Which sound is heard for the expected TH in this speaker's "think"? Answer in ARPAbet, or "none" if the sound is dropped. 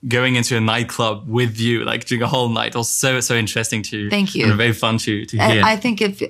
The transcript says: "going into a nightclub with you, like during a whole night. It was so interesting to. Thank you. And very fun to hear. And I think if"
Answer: TH